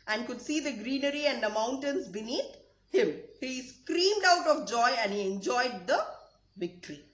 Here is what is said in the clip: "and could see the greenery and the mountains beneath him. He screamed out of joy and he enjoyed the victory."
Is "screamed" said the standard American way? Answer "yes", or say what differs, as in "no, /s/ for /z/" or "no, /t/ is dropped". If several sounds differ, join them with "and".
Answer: yes